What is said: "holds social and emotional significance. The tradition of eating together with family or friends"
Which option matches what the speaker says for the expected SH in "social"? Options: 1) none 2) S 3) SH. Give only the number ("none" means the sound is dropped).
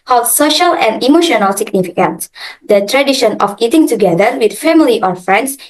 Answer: 3